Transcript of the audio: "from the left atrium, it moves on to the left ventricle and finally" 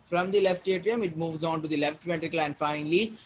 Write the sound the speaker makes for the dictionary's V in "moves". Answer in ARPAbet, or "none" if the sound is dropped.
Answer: V